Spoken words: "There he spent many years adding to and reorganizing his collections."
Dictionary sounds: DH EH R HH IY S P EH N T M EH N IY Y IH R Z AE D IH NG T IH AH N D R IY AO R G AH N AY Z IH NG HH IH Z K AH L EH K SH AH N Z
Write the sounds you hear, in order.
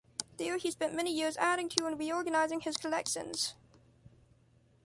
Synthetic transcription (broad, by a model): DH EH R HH IY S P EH N M EH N IY Y IH R Z AE D IH NG T IH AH N R IY AO R G AH N AY Z IH NG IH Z K AH L EH K SH AH N Z